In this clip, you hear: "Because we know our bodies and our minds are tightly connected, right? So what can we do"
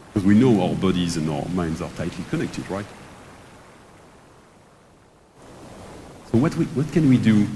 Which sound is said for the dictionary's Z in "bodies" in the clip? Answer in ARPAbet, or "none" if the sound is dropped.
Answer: Z